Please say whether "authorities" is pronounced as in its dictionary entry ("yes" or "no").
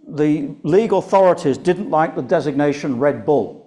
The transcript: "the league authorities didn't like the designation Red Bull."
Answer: yes